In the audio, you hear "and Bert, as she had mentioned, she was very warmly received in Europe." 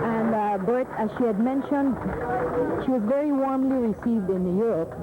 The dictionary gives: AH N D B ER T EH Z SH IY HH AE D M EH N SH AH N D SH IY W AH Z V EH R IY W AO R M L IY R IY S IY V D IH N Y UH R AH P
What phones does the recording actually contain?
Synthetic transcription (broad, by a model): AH N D B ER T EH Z SH IY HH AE D M EH N SH AH N D SH IY W AH Z V EH R IY W AO R M L IY R IY S IY V D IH N Y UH R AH P